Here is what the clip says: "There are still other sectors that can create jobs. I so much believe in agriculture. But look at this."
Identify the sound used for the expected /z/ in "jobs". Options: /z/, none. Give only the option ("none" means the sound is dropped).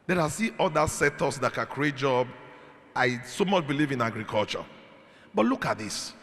none